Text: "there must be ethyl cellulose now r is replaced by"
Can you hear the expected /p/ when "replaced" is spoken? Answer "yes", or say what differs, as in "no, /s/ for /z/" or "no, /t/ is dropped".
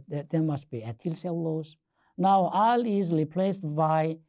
yes